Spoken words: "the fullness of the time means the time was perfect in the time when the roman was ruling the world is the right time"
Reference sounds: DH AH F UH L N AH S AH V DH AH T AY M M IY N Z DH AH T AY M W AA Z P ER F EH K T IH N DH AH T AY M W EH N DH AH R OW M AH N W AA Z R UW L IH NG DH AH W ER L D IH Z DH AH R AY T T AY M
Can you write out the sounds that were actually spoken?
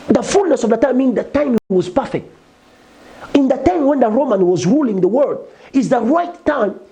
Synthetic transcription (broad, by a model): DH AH F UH L N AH S AH V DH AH T AY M M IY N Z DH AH T AY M W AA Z P ER F EH K T IH N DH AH T AY M W EH N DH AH R OW M AH N W AA Z R UW L IH NG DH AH W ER D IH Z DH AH R AY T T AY M